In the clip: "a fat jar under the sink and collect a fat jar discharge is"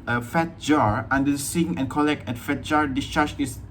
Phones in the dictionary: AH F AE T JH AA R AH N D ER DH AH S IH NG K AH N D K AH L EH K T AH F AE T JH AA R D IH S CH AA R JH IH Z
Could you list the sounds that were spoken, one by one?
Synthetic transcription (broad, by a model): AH F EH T JH AA R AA N D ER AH S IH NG AH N K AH L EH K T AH F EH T JH AA R D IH S CH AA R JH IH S